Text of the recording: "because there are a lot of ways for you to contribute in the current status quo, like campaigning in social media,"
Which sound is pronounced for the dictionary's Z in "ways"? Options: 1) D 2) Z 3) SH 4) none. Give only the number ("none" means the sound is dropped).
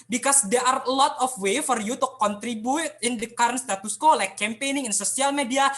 4